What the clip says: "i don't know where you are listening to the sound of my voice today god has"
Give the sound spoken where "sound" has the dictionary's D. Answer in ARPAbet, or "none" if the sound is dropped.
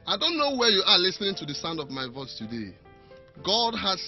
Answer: D